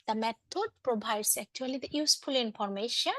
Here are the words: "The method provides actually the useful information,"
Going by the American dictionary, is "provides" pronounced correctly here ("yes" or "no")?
no